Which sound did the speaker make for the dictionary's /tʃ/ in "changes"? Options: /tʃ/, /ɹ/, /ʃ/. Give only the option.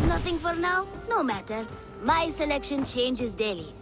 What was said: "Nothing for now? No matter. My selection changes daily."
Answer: /tʃ/